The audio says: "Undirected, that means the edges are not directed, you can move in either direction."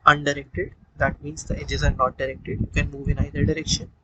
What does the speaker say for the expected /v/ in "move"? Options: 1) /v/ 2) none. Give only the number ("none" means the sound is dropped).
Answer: 1